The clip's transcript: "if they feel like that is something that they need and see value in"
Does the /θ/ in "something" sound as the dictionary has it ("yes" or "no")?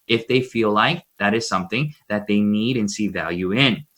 yes